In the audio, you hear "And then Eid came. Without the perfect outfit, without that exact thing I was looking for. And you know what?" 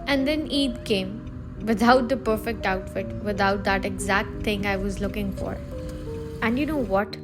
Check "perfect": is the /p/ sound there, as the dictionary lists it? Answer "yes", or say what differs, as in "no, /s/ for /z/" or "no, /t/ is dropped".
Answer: yes